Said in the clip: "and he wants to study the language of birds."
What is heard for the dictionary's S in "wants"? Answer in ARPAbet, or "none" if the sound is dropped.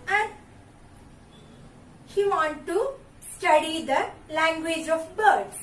none